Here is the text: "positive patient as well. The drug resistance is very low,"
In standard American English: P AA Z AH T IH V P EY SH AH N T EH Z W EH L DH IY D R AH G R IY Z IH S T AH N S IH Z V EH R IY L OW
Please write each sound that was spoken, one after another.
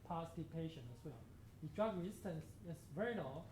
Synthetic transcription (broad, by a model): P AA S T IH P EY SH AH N EH S W EH L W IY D R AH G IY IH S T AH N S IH S V EH R IY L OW